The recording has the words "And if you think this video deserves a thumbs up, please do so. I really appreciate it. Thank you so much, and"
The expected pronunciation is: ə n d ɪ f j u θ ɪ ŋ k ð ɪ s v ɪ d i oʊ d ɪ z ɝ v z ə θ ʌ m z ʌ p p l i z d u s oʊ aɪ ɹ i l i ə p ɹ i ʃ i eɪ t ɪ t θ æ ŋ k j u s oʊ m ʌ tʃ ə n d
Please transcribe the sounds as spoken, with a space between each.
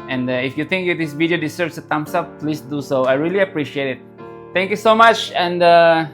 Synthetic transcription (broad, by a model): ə n d ɪ f j u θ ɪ ŋ k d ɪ s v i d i oʊ d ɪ s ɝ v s ə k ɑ m s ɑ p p l i s d u s oʊ aɪ ɹ i l i ə p ɹ i ʃ i eɪ t ɪ t t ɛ ŋ k j u s oʊ m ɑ tʃ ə n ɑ